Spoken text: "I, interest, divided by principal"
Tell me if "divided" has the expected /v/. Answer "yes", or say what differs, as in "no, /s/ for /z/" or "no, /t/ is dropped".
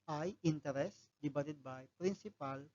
no, /b/ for /v/